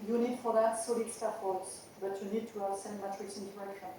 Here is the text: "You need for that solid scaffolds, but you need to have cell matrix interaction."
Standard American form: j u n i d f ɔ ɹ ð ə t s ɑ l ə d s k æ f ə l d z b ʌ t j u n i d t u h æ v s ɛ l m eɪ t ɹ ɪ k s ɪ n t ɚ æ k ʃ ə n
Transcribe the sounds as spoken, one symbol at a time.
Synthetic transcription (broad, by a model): j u n i d f ɔ ɹ ð ə t s ɑ l ə d s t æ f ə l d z b ʌ t j u n i d t u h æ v s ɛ n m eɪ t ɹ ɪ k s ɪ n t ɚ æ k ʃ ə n